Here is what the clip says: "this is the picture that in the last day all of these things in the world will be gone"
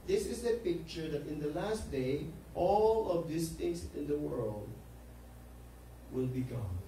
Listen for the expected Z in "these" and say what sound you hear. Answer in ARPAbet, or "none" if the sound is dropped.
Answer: S